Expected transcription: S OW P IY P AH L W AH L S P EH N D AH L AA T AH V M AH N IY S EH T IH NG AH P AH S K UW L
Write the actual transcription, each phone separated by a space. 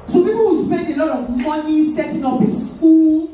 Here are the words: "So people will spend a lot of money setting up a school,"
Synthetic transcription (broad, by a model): S OW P IY P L W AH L S P EH N D AH L AA T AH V M AH N IY S EH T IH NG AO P AH S K UW L